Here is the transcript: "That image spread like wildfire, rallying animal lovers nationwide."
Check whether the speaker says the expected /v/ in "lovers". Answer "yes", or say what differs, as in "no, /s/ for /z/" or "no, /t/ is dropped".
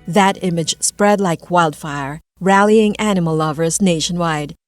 yes